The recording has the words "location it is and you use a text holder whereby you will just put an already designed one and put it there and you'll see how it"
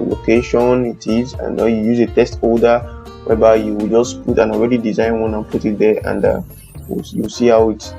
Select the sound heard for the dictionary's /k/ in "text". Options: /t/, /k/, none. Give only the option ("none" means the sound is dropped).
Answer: none